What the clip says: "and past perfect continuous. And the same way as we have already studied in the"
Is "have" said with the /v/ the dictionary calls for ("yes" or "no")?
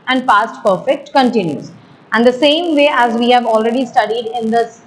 yes